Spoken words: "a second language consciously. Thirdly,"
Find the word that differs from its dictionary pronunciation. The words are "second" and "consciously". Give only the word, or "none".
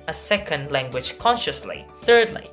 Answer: none